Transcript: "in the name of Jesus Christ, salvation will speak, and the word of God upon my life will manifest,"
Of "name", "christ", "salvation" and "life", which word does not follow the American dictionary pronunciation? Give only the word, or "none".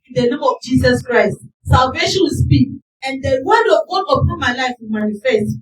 none